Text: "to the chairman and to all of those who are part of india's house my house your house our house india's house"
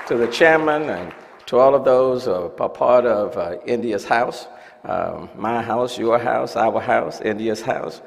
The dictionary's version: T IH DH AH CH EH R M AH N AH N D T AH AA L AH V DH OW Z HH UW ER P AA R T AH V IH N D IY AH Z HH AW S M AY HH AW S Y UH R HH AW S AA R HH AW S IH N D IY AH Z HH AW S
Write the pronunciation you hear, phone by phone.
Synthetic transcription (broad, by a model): T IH DH AH CH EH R M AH N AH N T AH AA L AH V DH OW Z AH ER P AA R T AH V IH N D IY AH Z HH AW S M AY HH AW S Y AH R HH AW S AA W HH AW S IH N D IY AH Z HH AW S